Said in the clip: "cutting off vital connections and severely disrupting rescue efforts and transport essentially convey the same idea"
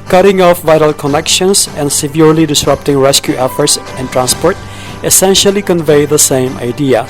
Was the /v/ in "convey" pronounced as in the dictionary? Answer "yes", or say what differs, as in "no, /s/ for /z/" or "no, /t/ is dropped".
yes